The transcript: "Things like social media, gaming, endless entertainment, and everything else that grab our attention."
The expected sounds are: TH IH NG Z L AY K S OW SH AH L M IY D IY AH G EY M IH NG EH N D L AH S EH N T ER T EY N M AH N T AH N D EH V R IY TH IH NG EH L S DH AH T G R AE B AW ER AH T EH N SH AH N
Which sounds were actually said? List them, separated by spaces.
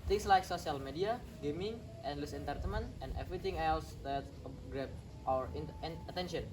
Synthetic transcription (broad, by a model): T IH NG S L AY K S OW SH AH L M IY D IY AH G EY M IH NG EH N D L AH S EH N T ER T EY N M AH N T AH N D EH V R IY T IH NG EH L S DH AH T G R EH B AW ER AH T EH N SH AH N